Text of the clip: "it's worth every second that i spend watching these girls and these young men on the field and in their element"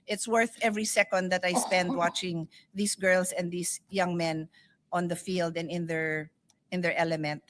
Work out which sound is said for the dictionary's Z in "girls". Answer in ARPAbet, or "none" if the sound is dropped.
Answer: S